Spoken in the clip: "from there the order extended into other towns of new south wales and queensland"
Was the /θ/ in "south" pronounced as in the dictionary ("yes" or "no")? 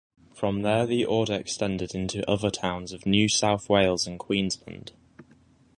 yes